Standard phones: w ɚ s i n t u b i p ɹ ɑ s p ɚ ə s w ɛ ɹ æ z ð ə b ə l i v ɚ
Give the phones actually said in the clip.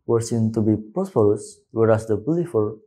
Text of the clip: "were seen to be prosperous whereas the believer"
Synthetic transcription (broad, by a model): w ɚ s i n t u b i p ɑ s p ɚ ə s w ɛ ɹ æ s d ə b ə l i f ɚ